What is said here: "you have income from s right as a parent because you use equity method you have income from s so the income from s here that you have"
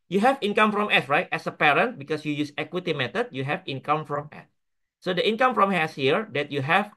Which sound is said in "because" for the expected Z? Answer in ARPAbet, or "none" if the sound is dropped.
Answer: S